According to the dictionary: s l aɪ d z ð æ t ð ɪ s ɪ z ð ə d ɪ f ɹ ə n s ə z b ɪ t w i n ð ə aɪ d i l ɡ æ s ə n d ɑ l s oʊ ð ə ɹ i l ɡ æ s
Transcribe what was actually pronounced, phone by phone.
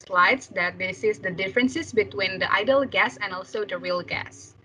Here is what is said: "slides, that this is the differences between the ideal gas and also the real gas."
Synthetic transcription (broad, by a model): s l aɪ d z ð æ t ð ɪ s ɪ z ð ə d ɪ f ɹ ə n s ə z b ɪ t w i n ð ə aɪ d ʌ l ɡ æ s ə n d ɑ l s oʊ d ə ɹ i l ɡ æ s